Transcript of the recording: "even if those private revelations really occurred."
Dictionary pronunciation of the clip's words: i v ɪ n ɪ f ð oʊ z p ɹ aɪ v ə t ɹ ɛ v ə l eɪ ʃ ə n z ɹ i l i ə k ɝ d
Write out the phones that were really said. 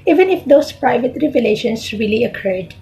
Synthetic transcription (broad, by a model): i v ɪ n ɪ f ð oʊ s p ɹ aɪ v ə t ɹ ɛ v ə l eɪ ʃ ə n s ɹ i l i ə k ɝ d